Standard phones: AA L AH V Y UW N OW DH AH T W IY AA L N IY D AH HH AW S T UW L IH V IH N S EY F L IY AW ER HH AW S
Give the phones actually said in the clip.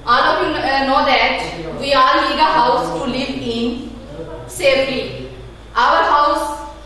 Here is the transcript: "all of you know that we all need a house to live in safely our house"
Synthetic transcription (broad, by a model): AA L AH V Y UW N OW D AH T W IY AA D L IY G AH HH AW S T UW L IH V IH N S EY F IY AW ER HH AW S